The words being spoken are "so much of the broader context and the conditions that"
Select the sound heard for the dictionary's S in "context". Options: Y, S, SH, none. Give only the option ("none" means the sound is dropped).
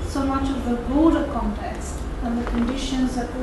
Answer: S